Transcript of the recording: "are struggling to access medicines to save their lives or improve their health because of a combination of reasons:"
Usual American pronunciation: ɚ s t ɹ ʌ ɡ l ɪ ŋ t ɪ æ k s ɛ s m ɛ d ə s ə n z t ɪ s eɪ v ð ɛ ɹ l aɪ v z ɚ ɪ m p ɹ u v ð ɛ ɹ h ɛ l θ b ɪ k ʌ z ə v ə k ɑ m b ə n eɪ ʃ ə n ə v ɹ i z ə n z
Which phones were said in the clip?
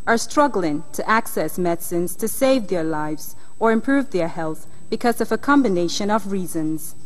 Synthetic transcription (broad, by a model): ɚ s t ɹ ʌ ɡ l ɪ ŋ t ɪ æ k s ɛ s m ɛ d s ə n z t ɪ s eɪ v ð ɛ ɹ l aɪ v z ɚ ɪ m p ɹ u v ð ɛ ɹ h ɛ l θ b ɪ k ʌ z ə v ə k ɑ m b ə n eɪ ʃ ə n ə v ɹ i z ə n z